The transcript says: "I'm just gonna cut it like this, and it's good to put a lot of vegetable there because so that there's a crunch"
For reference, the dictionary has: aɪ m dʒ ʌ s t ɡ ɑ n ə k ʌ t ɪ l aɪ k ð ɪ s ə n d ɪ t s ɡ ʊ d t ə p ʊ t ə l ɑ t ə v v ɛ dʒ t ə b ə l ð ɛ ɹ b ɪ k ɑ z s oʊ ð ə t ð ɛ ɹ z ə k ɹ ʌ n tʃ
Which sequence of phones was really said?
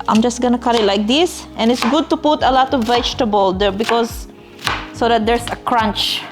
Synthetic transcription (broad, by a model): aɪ m dʒ ʌ s t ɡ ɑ n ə k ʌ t ɪ l aɪ k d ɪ s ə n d ɪ t s ɡ ʊ d t ə p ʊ t ə l ɑ t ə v v ɛ dʒ t ə b ə l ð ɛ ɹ b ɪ k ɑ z s oʊ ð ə t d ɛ ɹ s ə k ɹ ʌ n tʃ